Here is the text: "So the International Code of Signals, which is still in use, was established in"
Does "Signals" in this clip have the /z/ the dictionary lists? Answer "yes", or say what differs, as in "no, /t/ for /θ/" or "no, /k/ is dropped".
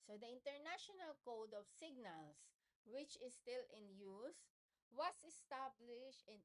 no, /s/ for /z/